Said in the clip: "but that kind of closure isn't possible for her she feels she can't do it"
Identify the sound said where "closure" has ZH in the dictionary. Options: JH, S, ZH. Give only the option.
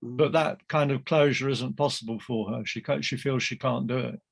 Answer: ZH